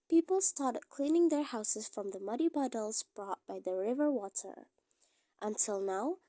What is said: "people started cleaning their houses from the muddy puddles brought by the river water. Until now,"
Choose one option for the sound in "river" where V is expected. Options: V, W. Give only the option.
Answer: V